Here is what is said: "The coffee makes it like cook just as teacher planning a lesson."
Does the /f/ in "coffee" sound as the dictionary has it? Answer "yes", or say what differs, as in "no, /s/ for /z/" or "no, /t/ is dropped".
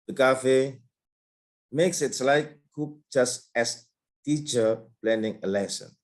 yes